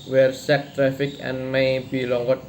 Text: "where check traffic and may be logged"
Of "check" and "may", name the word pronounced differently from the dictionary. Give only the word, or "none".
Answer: check